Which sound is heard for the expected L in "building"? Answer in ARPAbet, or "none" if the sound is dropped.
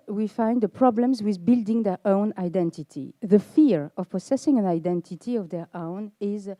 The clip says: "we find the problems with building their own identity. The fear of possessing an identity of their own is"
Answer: L